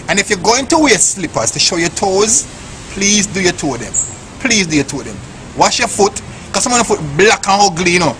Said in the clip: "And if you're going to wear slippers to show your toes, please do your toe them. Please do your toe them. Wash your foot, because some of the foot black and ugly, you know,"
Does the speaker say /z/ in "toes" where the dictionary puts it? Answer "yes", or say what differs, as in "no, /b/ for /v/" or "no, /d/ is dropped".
yes